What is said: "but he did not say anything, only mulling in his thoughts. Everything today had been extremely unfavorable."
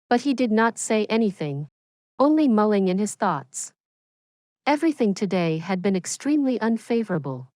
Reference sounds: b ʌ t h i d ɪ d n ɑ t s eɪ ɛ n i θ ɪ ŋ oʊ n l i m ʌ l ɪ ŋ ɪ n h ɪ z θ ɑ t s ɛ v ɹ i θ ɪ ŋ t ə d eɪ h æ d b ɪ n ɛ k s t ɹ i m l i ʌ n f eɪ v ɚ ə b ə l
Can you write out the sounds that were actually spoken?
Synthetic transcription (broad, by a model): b ʌ t h i d ɪ d n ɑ t s eɪ ɛ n i θ ɪ ŋ oʊ n l i m ʌ l ɪ ŋ ɪ n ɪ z θ ɑ t s ɛ v ɹ i θ ɪ ŋ t ə d eɪ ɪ d b ɪ n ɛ k s t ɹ i m l i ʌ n f eɪ v ɚ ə b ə l